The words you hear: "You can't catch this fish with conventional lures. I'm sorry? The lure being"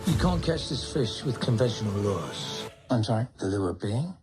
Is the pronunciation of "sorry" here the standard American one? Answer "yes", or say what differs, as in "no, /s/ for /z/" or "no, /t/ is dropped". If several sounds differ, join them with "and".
no, /ɹ/ is dropped